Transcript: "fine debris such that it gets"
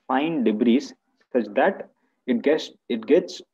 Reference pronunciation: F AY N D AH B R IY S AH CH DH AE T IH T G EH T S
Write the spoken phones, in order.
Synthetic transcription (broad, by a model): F AY N D AH B R IY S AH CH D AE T IH T G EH T S